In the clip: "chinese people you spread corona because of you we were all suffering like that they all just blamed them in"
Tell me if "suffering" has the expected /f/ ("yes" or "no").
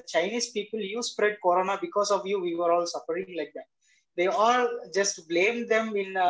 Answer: no